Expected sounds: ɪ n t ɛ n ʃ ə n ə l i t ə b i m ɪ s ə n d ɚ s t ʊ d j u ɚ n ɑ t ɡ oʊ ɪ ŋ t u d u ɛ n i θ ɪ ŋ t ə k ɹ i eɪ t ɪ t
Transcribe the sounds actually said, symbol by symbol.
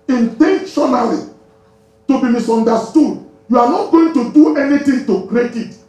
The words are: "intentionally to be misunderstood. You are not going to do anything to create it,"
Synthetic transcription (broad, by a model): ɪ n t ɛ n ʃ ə n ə l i t ə b i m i s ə n d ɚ s t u d j u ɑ n ɑ t ɡ oʊ ɪ ŋ t u d u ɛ n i t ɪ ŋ t ə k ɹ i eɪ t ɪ t